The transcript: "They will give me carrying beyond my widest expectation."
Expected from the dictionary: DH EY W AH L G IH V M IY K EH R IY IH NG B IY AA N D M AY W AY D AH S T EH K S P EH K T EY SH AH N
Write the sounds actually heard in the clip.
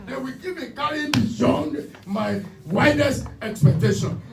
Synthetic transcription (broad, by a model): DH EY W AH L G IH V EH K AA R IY B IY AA N D M AY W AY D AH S EH K S P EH K T EY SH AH N